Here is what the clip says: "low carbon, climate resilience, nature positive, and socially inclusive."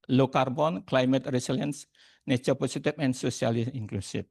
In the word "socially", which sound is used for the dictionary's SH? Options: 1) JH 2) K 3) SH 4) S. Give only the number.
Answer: 4